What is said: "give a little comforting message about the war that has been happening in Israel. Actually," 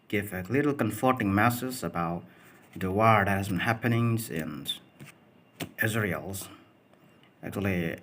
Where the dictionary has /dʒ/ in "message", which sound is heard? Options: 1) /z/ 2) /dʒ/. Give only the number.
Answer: 1